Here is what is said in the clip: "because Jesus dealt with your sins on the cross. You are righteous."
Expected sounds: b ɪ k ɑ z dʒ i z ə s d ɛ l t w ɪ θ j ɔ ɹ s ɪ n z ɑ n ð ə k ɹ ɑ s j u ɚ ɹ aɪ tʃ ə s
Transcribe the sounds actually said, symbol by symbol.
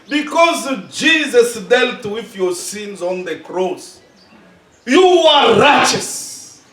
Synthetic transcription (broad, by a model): b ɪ k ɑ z dʒ i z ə s d ɛ l t w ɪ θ j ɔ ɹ s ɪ n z ɑ n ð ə k ɹ ɑ s j u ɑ ɹ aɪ tʃ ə s